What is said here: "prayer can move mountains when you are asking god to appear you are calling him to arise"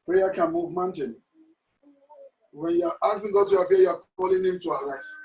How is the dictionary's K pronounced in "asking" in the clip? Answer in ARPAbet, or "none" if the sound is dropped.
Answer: none